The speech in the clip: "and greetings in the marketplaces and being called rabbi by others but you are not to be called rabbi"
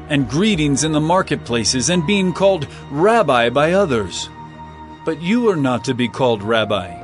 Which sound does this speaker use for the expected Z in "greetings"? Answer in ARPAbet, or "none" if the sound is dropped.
Z